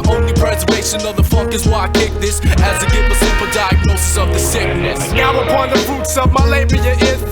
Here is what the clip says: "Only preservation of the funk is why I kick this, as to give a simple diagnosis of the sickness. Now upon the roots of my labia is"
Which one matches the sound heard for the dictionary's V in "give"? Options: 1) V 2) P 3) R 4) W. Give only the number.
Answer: 4